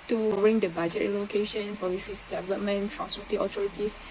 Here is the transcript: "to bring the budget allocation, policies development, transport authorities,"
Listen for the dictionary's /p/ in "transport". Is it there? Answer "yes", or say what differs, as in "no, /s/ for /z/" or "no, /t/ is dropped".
no, /p/ is dropped